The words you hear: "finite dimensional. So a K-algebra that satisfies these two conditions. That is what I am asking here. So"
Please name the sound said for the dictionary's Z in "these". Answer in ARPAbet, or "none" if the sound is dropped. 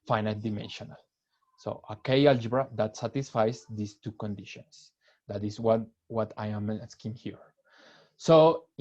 S